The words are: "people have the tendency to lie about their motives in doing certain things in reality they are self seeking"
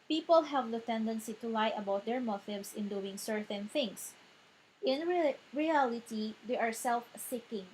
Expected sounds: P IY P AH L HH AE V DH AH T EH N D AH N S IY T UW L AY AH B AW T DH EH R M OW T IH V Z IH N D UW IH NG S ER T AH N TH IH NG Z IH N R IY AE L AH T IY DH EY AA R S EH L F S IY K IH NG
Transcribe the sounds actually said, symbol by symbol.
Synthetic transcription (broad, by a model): P IY P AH L HH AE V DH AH T EH N D AH N S IY T UW L AY AH B AW T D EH R M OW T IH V S IH N D UW IH NG S ER T AH N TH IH NG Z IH N R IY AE L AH T IY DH EY AA R S EH L F S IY K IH NG